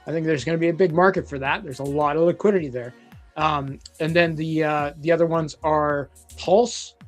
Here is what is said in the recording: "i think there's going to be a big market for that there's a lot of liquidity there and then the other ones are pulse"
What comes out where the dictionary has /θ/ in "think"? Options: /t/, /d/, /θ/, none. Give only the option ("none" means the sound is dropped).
/θ/